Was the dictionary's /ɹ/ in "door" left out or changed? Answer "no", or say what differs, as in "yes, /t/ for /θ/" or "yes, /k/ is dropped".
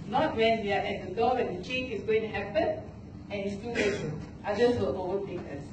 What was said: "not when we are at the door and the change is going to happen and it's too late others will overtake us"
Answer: yes, /w/ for /ɹ/